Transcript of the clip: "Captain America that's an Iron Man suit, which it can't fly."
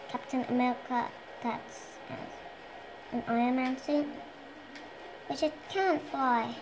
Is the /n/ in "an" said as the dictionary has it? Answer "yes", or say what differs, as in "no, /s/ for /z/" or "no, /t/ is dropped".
yes